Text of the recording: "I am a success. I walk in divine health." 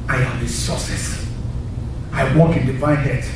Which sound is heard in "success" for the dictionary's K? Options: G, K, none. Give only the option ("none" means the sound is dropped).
none